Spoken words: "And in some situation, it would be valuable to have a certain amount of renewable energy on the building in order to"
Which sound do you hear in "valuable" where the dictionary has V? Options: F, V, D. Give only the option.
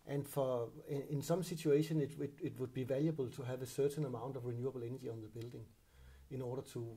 V